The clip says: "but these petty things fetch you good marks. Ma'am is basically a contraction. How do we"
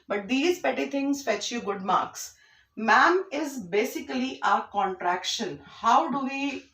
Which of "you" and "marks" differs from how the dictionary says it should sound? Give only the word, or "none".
none